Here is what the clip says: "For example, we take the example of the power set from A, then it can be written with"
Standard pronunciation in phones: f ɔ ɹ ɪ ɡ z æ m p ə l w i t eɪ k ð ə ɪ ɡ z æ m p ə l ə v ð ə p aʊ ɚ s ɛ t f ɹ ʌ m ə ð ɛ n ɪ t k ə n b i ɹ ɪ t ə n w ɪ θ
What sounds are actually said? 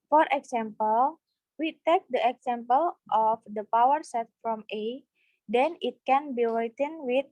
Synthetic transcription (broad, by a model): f ɔ ɹ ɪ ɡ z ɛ m p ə l w i t eɪ k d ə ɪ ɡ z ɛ m p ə l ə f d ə p aʊ ɚ s ɛ t f ɹ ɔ m ə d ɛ n ɪ t k ə n b i w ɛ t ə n w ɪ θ